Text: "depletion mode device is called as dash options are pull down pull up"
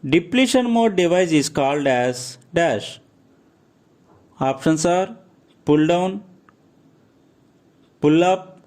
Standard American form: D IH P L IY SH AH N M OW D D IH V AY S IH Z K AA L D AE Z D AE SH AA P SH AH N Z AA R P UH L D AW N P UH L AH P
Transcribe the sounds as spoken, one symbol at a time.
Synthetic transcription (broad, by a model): D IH P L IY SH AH N M OW D D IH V AY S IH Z K AA L D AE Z D AE SH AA P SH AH N S AA R P UH L D AW N P UH L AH P